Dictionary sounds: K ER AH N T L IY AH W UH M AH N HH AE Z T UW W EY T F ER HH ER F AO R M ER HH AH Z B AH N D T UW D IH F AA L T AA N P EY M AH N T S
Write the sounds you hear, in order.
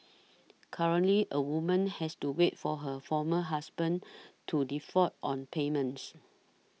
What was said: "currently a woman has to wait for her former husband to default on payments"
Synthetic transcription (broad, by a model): K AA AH N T L IY AH W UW M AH N HH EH S T UW W EY T F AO HH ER F AO M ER HH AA S B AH N T UW D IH F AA T AA N P EY M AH N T S